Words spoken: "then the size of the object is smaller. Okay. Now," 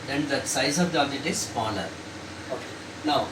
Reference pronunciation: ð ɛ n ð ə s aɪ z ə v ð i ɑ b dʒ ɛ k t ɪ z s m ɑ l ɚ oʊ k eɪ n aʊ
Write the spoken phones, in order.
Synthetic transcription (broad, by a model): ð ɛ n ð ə s aɪ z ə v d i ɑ dʒ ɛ t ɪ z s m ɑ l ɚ oʊ k eɪ n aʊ